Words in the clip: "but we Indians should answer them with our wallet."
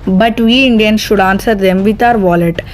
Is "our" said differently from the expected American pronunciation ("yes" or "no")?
no